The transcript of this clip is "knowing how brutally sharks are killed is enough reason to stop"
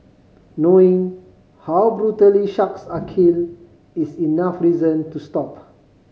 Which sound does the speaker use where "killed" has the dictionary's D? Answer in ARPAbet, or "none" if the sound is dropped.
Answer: none